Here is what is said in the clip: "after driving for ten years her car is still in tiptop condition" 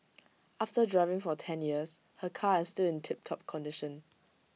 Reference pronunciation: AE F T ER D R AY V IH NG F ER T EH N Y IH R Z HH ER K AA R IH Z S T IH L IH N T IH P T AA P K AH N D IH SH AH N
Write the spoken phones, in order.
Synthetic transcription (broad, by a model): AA F T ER D R AY V IH NG F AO T EH N Y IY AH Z HH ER K AA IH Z S T IH L IH N T IH P T AA P K AH N D IH SH AH N